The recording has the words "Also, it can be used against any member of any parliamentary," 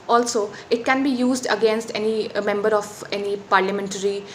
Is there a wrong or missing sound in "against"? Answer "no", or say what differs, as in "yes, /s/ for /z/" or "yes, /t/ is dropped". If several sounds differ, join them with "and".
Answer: no